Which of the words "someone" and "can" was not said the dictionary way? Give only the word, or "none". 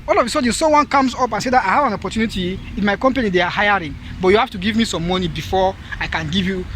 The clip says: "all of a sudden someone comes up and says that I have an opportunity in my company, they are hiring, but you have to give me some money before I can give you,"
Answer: someone